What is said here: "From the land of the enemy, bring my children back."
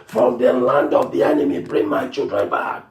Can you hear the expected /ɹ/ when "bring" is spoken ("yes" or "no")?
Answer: yes